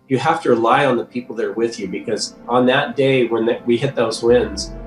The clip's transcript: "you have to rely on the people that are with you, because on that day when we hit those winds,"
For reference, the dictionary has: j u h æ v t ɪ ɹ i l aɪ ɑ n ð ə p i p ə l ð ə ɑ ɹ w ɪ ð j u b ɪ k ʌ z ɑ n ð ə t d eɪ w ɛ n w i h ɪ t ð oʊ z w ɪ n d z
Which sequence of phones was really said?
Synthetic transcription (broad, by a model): j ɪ h æ f t ɪ ɹ i l aɪ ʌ n ð ə p i p l ð ə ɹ w ɪ ð j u b ɪ k ʌ z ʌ n ð ə t d eɪ w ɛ n w i h ɪ t ð oʊ z w ɪ n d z